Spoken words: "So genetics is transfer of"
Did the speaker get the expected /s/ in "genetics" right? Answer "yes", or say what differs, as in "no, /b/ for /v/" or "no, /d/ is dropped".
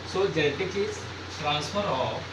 no, /s/ is dropped